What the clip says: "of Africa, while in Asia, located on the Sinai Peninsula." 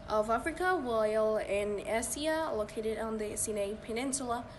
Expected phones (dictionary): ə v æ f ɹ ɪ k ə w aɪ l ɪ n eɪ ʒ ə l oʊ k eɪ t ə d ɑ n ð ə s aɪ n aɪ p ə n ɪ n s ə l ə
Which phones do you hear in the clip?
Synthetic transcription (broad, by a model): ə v æ f ɹ ɪ k ə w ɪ l ɪ n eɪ s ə l oʊ k eɪ t ə d n ð ə s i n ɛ p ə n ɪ n s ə l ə